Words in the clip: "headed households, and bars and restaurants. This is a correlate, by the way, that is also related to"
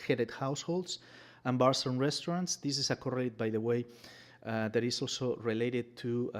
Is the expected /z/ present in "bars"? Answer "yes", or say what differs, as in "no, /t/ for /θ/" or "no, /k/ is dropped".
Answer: no, /s/ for /z/